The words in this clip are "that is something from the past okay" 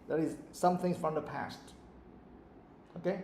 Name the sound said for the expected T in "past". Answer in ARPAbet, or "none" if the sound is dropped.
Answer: T